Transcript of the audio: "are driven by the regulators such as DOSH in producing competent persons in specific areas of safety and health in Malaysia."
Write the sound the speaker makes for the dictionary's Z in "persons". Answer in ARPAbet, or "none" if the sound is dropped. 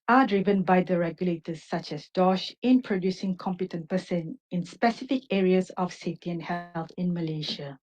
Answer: none